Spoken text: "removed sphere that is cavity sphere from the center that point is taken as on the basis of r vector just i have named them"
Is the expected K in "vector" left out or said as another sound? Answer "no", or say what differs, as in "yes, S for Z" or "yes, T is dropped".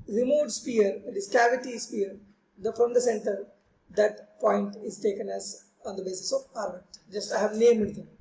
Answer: yes, K is dropped